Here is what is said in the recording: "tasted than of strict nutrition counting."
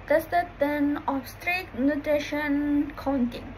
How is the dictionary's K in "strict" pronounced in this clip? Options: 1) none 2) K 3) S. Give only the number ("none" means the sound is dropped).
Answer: 1